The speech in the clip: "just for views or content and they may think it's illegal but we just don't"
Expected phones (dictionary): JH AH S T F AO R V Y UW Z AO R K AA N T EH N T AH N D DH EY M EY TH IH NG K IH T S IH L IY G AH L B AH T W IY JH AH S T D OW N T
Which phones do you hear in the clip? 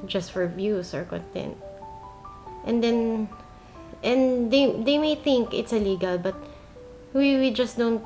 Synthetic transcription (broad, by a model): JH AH S T F AO R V Y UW S AO R K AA N T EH N T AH N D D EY M EY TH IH NG K IH T S IH L IY G AH L B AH T W IY JH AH S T D OW N T